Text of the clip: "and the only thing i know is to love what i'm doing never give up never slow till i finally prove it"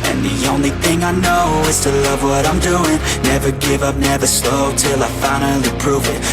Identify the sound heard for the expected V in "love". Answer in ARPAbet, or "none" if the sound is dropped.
V